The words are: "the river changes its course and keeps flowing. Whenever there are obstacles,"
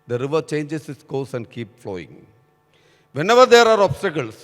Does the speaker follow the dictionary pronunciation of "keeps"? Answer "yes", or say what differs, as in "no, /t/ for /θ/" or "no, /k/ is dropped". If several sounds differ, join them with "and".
no, /s/ is dropped